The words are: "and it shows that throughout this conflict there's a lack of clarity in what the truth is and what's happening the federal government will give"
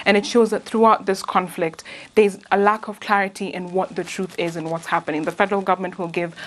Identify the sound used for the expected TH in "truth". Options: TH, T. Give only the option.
TH